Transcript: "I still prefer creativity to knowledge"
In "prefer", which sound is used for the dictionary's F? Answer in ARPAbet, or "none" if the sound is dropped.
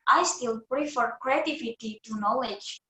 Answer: F